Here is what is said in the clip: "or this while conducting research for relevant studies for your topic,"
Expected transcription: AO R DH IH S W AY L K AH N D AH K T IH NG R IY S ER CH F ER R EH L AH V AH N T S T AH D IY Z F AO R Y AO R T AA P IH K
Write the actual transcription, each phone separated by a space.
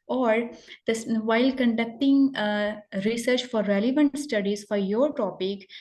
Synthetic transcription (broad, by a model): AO R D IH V AY L K AH N D AH K T IH NG R IY S ER CH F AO R EH L AH V AH N T S T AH D IY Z F AO R Y AO R T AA P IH K